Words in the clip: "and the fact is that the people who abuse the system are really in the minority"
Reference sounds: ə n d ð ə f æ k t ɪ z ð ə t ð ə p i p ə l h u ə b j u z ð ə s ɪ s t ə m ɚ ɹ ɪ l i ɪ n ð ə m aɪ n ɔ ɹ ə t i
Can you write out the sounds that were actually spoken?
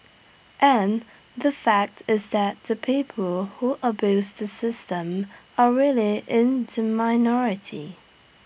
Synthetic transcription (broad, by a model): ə n ð ə f æ k t ɪ z ð ə t ð ə p i p ə l h u ə b j u z ð ə s ɪ s t ə m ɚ ɹ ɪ l i ɪ n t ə m aɪ n ɔ ɹ ə t i